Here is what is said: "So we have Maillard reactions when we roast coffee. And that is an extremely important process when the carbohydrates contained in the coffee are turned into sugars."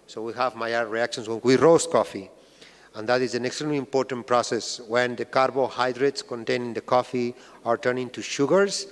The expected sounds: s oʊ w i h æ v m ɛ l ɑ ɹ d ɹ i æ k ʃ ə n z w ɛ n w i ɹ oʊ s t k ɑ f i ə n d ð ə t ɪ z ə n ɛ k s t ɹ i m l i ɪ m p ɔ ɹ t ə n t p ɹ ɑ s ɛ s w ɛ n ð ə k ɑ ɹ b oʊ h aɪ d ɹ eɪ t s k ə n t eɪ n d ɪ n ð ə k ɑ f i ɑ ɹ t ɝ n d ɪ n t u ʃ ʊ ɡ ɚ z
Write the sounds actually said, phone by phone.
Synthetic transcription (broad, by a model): s oʊ w i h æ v m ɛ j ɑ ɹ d ɹ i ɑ k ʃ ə n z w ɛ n w i ɹ oʊ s k ɑ f i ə n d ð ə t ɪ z ə n ɛ k s t ɹ i m l i m p ɔ ɹ t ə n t p ɹ ɑ s ɛ s w ɛ n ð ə k ɑ ɹ b oʊ h aɪ d ɹ eɪ t s k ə n t eɪ n ɪ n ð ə k ɑ f i ɑ ɹ t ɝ n ɪ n t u ʃ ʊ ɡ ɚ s